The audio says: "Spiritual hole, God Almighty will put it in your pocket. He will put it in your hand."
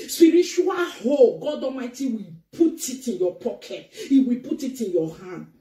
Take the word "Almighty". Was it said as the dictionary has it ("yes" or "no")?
no